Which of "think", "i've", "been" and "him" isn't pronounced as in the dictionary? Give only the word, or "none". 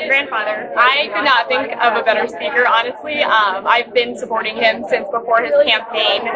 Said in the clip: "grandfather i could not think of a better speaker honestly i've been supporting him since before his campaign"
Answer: none